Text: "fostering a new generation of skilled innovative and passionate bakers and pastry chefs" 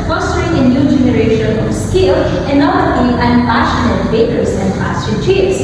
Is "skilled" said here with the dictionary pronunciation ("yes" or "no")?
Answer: no